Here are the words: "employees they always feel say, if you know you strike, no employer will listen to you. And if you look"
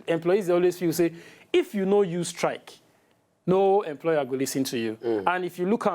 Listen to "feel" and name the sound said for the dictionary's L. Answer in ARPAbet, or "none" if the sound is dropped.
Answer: W